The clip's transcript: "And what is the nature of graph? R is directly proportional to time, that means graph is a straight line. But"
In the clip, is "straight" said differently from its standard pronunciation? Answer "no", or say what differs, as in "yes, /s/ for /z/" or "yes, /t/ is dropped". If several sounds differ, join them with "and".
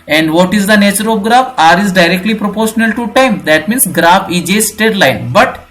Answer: yes, /ɹ/ is dropped